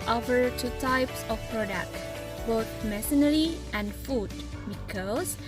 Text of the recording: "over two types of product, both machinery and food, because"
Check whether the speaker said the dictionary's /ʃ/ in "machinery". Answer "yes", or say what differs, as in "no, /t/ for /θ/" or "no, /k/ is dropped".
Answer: no, /s/ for /ʃ/